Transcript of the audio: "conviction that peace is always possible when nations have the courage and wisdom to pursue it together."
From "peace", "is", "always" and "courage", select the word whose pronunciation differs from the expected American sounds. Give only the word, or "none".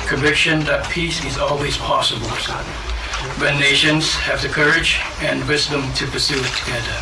none